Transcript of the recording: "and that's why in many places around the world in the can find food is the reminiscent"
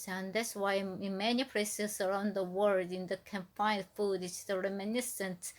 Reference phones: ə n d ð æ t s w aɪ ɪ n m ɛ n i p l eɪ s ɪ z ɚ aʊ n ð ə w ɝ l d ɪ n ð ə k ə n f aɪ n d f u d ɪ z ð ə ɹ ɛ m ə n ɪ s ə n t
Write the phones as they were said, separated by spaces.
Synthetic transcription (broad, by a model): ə n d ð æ t s w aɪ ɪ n m ɛ n i p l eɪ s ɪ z ɚ aʊ n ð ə w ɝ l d ɪ n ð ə k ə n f aɪ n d f u d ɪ s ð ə ɹ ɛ m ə n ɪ s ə n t